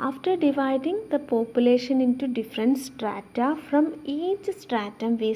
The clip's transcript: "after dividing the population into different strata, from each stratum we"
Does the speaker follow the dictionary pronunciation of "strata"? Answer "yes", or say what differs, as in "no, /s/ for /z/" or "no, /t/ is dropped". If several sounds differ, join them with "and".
yes